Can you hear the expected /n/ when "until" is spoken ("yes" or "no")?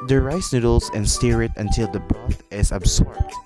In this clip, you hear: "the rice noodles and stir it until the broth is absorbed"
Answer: yes